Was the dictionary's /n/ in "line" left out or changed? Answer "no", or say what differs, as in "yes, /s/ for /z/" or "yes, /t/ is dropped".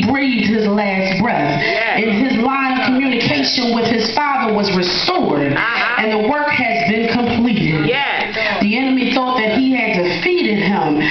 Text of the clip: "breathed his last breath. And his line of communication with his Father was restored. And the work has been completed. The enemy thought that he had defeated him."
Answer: yes, /n/ is dropped